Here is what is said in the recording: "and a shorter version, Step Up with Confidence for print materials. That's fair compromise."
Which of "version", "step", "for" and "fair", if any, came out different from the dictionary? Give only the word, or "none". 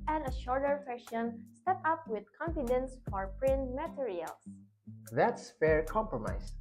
version